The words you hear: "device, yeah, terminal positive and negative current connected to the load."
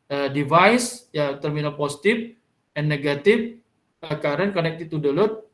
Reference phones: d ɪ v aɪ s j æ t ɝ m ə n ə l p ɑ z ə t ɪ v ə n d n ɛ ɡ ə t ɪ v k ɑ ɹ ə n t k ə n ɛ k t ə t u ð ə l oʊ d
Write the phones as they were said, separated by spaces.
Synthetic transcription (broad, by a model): d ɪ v aɪ s j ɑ t ɝ m ə n ə l p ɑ s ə t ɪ f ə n n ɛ ɡ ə t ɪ f k ɑ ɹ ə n k ə n ɛ k t ə t u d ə l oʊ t